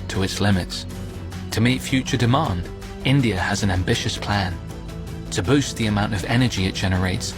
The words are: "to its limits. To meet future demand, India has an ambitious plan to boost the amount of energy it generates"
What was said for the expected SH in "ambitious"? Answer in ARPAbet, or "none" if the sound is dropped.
SH